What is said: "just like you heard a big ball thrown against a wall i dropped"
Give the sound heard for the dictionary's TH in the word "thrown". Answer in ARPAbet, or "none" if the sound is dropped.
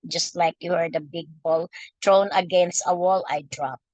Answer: T